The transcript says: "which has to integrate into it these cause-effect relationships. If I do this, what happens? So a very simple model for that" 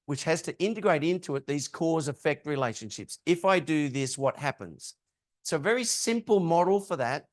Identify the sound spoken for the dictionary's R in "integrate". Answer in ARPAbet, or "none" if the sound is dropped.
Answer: R